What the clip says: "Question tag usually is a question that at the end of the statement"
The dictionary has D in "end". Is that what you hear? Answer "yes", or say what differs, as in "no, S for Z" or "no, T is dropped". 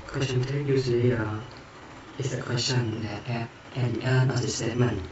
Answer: no, D is dropped